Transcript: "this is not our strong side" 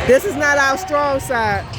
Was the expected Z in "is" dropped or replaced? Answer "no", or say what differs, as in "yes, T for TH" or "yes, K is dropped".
no